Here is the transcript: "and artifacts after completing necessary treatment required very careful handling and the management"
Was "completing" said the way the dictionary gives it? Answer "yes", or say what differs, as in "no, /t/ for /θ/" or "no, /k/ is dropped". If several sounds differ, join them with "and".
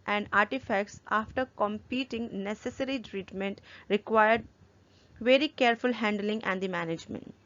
no, /l/ is dropped